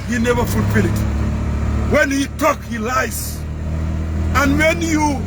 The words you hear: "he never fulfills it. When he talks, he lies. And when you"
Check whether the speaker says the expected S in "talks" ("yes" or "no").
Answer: no